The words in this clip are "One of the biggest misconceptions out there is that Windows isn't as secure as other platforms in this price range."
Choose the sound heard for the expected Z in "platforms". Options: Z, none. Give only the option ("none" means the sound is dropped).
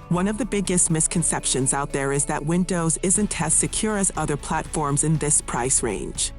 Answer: Z